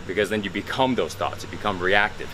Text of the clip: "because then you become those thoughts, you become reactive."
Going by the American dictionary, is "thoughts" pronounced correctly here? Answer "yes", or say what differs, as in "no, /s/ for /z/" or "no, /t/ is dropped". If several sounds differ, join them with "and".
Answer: yes